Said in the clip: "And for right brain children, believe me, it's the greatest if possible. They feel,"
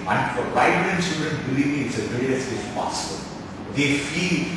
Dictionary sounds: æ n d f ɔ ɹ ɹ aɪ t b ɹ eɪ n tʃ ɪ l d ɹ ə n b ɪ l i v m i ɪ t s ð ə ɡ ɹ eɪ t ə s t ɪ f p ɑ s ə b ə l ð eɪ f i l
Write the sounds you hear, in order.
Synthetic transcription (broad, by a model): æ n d f ɔ ɹ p aɪ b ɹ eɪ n s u d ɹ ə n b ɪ l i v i ɪ t s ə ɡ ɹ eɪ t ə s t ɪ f p ɑ s ə b ə l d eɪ f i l